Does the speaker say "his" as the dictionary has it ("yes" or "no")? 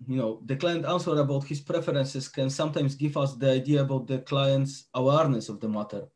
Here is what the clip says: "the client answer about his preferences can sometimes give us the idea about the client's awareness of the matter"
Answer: no